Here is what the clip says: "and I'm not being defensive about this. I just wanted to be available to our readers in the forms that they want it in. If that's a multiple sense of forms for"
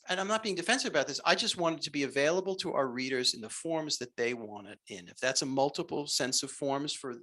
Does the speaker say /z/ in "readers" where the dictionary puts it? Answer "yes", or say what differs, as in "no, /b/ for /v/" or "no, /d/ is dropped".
yes